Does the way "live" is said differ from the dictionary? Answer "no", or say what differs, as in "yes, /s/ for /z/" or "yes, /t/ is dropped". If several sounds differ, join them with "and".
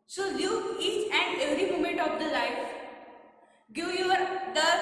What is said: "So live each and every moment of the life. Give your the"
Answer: yes, /v/ is dropped